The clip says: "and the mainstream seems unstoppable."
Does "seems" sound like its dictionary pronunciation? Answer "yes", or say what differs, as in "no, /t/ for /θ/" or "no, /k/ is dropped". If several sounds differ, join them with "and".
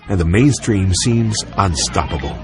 yes